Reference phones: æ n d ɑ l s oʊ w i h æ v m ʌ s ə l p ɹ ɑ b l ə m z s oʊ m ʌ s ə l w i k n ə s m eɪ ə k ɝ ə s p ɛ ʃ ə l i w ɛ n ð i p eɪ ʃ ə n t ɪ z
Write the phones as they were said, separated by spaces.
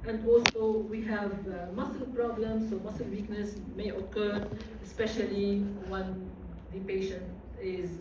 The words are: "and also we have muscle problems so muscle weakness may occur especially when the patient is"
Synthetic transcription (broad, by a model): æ n d ɑ l s oʊ w i h æ v m ʌ s ə l p ɹ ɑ b l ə m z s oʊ m ʌ s ə l w i k n ə s m eɪ ə k ɝ ə s p ɛ ʃ ə l i w ɛ n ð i p eɪ ʃ ə n t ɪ z